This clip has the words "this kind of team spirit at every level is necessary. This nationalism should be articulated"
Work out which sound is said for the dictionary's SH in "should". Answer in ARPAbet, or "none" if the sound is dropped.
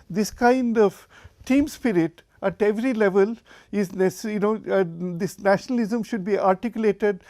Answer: SH